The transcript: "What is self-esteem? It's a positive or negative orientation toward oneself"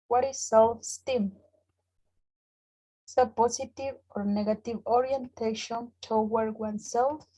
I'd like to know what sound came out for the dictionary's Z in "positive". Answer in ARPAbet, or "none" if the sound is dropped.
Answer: S